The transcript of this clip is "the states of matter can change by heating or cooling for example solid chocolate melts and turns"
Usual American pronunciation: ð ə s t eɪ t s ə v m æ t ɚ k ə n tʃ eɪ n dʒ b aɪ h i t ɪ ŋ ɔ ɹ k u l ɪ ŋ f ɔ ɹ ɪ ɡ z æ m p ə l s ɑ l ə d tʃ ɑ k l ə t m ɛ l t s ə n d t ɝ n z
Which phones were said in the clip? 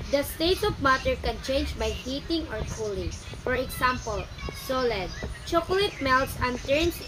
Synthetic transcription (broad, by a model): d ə s t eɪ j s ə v m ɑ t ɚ k ə n tʃ eɪ n dʒ b aɪ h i t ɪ ŋ ɔ ɹ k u l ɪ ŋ f ɔ ɹ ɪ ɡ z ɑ m p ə l s ɑ l ə d tʃ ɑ k l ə t m ɛ l t s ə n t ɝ n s